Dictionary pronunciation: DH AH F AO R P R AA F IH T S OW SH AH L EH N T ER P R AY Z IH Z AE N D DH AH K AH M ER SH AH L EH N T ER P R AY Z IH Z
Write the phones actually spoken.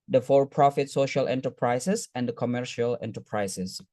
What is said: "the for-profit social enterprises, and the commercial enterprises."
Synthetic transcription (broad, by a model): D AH F AO R P R AA F IH T S OW SH AH L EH N T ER P R AY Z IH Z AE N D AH K AH M ER SH AH L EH N T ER P R AY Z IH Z